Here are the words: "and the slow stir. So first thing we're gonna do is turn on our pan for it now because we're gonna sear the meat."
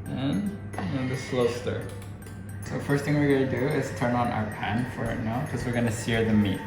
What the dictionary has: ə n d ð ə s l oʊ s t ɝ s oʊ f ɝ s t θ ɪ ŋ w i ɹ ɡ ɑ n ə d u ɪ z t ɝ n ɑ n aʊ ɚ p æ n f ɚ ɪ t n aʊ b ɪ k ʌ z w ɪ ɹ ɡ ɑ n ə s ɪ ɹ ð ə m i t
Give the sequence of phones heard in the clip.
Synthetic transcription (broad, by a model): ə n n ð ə s l oʊ s t ɝ s oʊ f ɝ s t θ ɪ ŋ w i ɹ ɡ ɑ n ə d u ɪ z t ɝ n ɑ n aʊ ɚ p æ n f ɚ ɪ t n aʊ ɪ k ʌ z w ɪ ɹ ɡ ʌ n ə s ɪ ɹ ð ə m i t